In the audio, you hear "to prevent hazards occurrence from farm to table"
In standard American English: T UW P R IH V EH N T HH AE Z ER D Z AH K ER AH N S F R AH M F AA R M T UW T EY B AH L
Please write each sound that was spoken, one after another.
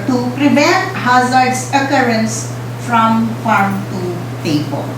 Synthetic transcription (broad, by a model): T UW P R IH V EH T HH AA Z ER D S AH K ER AH N S F R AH M F AA R M T UW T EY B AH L